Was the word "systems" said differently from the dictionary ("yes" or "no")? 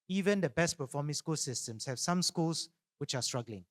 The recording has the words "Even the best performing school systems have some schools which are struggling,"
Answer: yes